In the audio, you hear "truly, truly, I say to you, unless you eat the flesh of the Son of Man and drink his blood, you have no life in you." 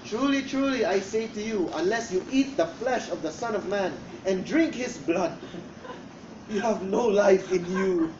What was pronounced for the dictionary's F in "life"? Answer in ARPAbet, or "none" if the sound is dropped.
F